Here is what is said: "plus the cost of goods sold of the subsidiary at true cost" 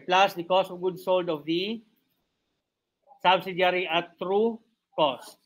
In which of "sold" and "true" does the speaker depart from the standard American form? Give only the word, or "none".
none